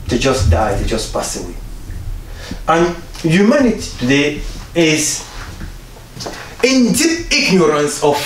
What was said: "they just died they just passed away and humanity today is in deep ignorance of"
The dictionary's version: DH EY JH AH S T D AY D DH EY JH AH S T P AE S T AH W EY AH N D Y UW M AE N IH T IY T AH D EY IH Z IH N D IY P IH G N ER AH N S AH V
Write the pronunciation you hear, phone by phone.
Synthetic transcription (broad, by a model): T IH JH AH S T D AY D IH JH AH S P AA S AH W EY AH N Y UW M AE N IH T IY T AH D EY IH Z IH N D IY IH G N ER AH N S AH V